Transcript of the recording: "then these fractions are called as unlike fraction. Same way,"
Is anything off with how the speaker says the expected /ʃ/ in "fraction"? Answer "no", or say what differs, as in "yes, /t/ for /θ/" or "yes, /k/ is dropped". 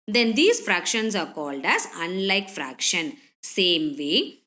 no